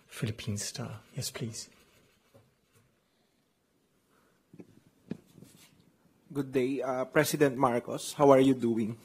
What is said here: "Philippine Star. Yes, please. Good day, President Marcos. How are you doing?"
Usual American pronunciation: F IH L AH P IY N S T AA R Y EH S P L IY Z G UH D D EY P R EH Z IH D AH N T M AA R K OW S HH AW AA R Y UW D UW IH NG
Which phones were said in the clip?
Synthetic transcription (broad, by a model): F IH L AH P IY N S T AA Y EH S P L IY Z G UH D D EY P R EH S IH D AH N T M AA R K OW S HH AW AA R Y UW D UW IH NG